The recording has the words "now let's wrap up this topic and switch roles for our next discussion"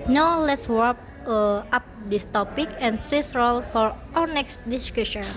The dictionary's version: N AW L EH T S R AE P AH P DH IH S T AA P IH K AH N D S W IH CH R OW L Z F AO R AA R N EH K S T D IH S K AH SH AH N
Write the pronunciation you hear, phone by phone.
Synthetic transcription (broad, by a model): N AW L EH T S W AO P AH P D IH S T AA P IH K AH N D S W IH S R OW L F AO R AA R N EH K S T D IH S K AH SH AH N